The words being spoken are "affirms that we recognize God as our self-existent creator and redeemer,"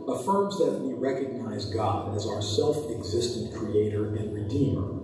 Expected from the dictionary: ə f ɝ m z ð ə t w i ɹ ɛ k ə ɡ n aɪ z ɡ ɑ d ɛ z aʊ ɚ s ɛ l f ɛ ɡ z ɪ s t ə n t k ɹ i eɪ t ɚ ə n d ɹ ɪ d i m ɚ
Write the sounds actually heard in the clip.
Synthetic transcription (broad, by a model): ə f ɝ m z ð ə t w i ɹ ɛ k ə ɡ n aɪ z ɡ ɑ d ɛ z aʊ ɚ s ɛ l f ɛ ɡ z ɪ s t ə n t k ɹ i eɪ t ɚ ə n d ɹ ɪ d i m ɚ